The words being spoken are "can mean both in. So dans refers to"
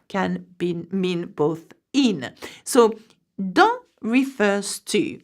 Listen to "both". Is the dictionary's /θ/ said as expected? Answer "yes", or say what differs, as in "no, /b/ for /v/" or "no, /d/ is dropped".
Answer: yes